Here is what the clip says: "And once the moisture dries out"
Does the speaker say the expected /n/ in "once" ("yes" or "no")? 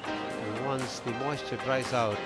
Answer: yes